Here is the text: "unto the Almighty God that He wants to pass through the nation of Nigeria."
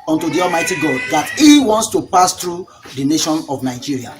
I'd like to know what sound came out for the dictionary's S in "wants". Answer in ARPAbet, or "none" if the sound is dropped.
S